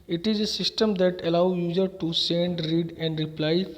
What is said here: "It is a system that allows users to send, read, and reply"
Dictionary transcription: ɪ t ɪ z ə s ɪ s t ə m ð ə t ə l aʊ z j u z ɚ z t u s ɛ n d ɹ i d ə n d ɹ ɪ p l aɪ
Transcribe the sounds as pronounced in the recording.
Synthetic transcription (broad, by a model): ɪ t ɪ z ə s ɪ s t ə m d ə t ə l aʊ j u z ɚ t u s ɛ n d ɹ i d ə n d ɹ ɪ p l aɪ